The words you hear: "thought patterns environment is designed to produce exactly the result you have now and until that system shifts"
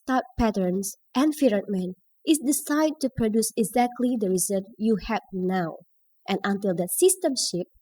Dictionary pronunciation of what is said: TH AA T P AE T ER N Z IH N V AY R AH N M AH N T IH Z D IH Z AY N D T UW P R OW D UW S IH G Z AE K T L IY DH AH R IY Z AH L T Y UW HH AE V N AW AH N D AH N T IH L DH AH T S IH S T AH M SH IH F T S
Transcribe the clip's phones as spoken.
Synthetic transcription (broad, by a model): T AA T P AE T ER N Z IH N F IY R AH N M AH N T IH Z D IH S AY D T UW P R OW D UW S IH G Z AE K T L IY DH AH R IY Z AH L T Y UW HH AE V N AW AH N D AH N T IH L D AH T S IH S T AH M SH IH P